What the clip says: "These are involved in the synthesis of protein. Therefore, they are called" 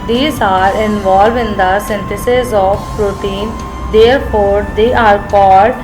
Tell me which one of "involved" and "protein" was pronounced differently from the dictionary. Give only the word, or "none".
involved